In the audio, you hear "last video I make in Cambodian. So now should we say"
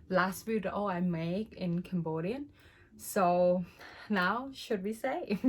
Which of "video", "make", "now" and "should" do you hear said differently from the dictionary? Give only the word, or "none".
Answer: video